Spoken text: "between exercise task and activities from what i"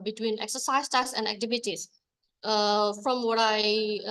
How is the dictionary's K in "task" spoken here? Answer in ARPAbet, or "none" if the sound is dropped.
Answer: none